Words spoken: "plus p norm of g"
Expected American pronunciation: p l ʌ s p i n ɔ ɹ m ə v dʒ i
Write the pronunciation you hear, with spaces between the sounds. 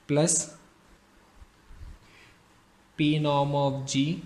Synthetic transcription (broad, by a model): p l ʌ s p i n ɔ m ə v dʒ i